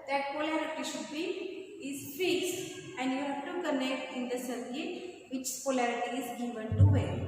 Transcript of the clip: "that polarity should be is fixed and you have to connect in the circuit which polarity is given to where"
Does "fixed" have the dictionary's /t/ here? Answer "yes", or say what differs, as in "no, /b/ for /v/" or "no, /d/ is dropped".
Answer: no, /t/ is dropped